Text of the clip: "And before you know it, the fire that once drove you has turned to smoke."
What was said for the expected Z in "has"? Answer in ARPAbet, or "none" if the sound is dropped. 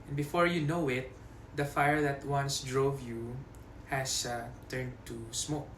S